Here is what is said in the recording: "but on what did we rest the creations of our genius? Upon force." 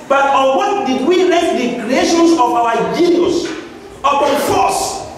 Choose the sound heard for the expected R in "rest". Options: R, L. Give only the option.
L